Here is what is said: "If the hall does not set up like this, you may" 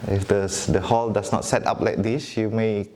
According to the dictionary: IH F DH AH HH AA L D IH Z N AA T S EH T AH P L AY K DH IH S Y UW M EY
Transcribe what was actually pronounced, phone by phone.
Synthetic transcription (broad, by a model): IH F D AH HH AA L D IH S N AA T S EH T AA P L AY K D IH S Y UW M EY